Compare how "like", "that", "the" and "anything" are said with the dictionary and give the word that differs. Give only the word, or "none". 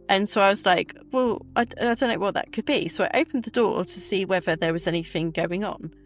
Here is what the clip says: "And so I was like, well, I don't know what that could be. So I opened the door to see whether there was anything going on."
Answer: none